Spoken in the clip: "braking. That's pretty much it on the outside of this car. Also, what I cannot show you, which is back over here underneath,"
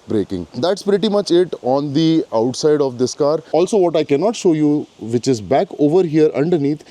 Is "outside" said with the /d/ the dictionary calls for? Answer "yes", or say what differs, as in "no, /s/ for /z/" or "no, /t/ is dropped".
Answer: yes